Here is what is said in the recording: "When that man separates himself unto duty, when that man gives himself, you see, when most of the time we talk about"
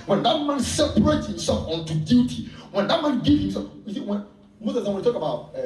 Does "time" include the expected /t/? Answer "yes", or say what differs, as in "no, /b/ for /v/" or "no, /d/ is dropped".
no, /s/ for /t/